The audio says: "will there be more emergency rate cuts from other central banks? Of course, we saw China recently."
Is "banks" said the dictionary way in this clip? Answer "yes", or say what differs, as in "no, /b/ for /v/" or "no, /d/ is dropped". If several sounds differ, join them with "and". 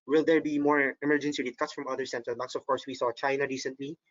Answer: no, /ŋ/ is dropped